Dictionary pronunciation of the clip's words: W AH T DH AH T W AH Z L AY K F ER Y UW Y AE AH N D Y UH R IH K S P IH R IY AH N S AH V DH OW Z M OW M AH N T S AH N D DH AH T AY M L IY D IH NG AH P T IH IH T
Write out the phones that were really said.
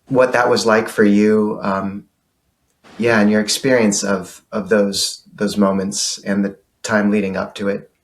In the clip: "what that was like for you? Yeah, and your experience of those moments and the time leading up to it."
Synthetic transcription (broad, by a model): W AH T DH AH T W AH Z L AY K F ER Y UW Y AE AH N Y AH R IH K S P IH R IY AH N S AH V DH OW Z M OW M AH N T S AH N DH AH T AY M L IY D IH NG AH P T IH IH T